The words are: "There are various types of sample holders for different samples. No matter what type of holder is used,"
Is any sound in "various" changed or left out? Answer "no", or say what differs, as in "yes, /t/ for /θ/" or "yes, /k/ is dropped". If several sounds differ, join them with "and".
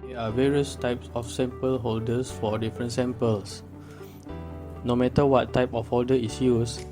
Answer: no